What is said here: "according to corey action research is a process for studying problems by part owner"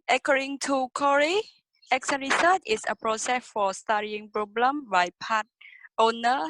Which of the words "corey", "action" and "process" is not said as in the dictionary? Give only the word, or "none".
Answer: action